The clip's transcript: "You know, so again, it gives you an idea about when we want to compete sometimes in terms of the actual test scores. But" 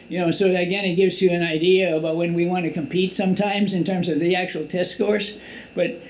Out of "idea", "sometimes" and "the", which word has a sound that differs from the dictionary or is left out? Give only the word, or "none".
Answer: none